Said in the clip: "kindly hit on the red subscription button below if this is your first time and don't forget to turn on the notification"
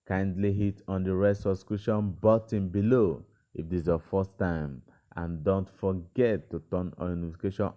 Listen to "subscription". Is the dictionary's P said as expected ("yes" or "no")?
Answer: no